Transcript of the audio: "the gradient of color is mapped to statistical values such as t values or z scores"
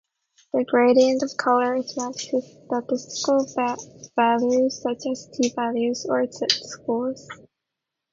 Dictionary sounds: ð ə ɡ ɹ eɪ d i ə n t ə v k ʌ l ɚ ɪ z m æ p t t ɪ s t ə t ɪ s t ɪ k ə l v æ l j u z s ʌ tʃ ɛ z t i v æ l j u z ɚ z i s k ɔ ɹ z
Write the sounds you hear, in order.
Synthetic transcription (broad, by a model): ð ə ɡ ɹ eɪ d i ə n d ə v k ʌ l ɚ ɪ z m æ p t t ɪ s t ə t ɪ s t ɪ k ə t v æ l j u z s ʌ tʃ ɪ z t i v æ l j u z ɚ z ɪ s k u l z